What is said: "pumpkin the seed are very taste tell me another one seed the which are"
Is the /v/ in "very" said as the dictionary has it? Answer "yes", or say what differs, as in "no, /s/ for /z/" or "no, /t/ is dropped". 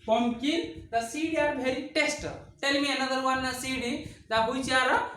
no, /b/ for /v/